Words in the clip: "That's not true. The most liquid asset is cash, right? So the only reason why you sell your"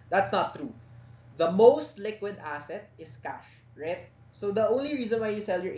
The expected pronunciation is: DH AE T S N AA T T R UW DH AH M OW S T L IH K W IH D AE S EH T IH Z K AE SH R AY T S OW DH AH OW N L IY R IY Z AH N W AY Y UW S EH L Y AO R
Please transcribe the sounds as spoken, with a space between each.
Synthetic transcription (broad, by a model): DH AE T S N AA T T R UW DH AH M OW S T L IH K W IH D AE S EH T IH S K AE SH R AY T S OW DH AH OW N L IY R IY Z AH N W AY Y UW S EH L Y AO R